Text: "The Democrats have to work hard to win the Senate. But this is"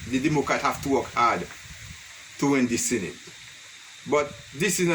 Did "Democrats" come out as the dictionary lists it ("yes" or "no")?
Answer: no